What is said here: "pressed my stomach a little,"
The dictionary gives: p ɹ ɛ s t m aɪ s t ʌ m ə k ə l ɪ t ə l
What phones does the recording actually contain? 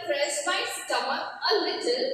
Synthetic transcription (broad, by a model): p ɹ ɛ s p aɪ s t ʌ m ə ə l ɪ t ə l